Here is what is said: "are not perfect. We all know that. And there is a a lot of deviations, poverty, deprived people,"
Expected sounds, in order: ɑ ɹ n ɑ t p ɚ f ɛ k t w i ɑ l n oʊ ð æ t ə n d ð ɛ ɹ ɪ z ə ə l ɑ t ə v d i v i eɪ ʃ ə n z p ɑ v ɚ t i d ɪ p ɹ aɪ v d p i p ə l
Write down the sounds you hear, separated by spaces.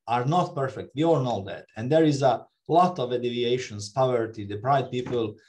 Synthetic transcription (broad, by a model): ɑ ɹ n ɑ t p ɚ f ɛ k t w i ɑ l n oʊ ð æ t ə n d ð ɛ ɹ ɪ z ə ə l ɑ t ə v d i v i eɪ ʃ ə n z p ɑ v ɚ t i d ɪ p ɹ aɪ d p i p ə l